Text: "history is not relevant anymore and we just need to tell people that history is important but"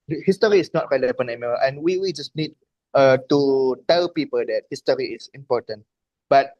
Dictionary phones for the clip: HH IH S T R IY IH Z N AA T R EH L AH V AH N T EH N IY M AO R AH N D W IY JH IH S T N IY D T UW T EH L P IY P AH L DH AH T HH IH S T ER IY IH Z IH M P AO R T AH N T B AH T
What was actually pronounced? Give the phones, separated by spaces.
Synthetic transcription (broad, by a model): HH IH S T R IY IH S N AA T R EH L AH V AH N EH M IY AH N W W IY JH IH S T N IY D T UW T EH L P IY P AH L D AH T HH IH S T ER IY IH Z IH M P AO T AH N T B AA T